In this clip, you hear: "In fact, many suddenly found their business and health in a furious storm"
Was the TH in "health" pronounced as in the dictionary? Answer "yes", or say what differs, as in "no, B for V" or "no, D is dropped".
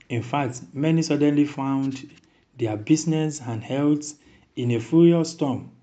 no, S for TH